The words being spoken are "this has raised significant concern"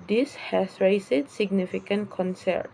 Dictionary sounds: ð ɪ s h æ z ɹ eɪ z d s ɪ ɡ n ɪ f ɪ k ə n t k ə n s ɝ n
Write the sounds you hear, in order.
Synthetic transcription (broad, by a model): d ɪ s h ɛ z ɹ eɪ s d s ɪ ɡ n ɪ f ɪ k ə n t k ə n s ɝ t